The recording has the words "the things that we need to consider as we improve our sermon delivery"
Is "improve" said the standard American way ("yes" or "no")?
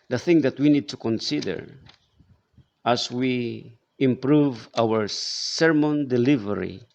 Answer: yes